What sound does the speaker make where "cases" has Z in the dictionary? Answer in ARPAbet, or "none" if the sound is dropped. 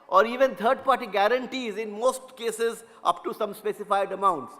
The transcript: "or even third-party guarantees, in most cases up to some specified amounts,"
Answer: Z